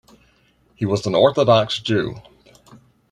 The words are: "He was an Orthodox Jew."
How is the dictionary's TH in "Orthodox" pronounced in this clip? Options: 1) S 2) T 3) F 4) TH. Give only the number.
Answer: 4